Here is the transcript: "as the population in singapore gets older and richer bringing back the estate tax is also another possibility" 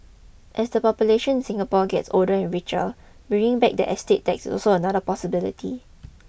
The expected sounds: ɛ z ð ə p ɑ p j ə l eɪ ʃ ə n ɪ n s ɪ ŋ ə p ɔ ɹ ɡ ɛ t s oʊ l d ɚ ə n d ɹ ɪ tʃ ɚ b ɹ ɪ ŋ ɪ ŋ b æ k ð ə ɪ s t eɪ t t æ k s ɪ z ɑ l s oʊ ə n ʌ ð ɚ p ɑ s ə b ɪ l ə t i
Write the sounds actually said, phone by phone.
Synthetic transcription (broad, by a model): ɛ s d ə p ɑ p j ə l eɪ ʃ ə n n s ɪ ŋ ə p ɔ ɡ ɛ t s oʊ l d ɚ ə n ɹ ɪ tʃ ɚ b i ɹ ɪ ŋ b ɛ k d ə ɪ s t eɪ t t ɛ k s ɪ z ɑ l s oʊ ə n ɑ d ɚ p ɑ s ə b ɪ l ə t i